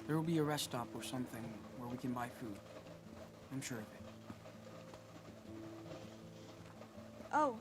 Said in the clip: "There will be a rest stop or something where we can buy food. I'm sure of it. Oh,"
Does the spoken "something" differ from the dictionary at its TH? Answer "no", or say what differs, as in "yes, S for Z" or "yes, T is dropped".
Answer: no